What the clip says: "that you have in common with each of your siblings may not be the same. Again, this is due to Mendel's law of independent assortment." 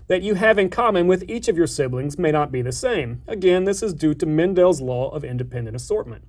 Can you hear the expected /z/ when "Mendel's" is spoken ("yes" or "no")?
yes